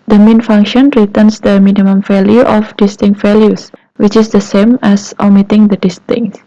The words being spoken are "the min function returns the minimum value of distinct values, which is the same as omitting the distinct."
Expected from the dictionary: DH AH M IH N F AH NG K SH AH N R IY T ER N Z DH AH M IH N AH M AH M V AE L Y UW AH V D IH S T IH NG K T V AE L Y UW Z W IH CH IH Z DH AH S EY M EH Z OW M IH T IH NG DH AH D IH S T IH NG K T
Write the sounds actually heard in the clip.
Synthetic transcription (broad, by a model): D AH M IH N F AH NG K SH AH N R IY T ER N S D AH M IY N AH M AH M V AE L Y UW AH F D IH S T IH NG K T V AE L Y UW S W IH CH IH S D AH S EY M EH S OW M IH T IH NG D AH D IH S T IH NG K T